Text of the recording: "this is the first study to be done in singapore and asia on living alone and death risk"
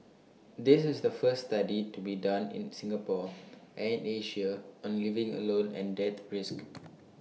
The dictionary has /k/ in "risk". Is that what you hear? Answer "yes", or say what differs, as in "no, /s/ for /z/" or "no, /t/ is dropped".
yes